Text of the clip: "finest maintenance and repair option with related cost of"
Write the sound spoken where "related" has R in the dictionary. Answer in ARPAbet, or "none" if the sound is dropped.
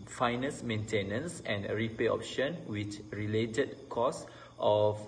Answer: R